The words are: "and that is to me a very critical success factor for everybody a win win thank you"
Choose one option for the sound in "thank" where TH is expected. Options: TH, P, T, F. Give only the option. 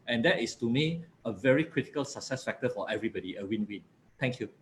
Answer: T